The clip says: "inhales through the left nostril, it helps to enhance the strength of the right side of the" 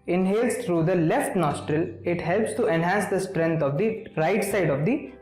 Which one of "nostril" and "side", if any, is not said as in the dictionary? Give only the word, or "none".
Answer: none